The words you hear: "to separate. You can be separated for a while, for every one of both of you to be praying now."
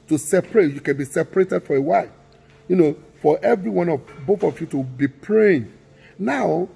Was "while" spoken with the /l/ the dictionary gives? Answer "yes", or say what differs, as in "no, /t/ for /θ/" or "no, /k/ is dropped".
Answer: no, /n/ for /l/